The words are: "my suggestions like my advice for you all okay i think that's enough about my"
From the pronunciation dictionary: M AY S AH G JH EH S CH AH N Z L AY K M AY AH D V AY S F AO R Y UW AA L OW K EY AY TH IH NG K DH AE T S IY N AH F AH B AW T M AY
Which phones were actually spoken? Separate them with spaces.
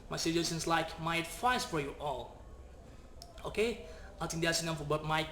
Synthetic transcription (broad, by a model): M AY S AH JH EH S AH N S L AY K M AY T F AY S F AO R Y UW AA L OW K EY AY T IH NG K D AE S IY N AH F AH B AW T M AY